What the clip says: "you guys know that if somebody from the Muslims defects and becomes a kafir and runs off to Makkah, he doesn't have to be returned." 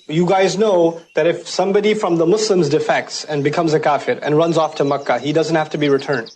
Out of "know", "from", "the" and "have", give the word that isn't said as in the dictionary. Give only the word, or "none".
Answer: have